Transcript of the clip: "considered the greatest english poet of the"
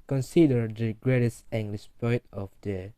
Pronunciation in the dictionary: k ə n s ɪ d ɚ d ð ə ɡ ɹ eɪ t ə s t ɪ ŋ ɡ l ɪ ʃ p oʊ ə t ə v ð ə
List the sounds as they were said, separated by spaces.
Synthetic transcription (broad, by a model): k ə n s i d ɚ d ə ɡ ɹ eɪ t ə s t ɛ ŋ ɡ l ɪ s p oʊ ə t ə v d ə